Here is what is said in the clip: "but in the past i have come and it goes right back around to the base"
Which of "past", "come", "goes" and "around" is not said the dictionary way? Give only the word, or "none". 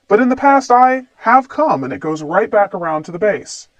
none